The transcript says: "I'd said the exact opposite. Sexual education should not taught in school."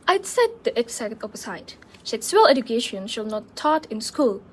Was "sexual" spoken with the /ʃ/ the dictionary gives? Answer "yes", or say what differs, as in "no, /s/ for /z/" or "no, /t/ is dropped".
no, /s/ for /ʃ/